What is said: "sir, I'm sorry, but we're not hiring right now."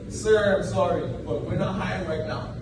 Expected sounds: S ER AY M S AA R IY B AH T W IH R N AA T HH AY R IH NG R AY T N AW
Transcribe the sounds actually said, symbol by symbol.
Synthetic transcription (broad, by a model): S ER AY M S AA R IY B AH T W IH R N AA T HH AY IH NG R AY T N AW